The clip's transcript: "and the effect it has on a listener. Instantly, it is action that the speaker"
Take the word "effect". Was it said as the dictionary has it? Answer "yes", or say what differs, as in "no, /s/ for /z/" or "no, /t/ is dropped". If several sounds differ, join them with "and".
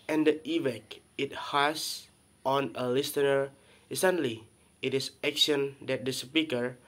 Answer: no, /t/ is dropped